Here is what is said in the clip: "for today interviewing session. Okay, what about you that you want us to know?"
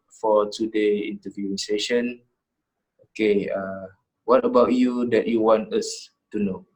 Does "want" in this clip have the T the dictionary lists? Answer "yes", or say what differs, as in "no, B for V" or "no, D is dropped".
yes